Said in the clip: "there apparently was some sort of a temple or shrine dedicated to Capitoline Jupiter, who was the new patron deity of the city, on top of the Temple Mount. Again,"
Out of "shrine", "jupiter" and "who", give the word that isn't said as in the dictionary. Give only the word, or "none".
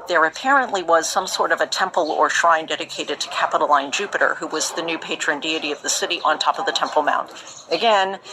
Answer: none